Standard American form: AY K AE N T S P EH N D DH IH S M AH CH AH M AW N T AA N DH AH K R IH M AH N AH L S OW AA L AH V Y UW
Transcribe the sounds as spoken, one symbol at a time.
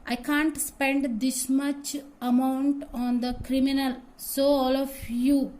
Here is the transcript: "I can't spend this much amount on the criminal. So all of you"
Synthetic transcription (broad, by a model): AY K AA N T S P EH N D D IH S M AH CH AH M AW N T AA N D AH K R IH M AH N AH L S OW AA L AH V Y UW